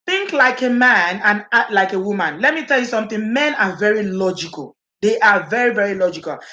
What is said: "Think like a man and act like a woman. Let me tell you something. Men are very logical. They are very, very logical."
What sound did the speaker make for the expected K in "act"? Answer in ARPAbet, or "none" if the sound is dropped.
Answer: none